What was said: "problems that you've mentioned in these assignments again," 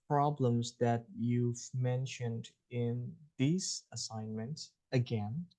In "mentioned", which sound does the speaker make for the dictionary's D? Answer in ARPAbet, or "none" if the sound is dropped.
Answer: D